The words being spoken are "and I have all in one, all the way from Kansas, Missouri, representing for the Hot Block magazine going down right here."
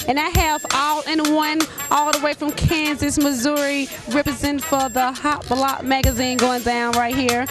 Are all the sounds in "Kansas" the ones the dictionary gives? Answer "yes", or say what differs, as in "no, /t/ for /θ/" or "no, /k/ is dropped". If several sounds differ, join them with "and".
yes